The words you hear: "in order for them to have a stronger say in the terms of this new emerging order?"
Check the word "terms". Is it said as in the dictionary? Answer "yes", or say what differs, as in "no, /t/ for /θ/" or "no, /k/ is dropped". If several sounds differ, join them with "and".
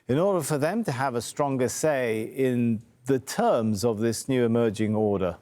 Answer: yes